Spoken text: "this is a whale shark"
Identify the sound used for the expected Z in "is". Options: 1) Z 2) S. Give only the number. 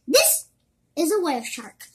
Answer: 1